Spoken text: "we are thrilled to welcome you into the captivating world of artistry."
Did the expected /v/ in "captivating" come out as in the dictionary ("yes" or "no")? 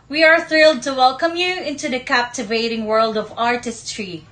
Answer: yes